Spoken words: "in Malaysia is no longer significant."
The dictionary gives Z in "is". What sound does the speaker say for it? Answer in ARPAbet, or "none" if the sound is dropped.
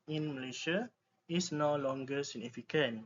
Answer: S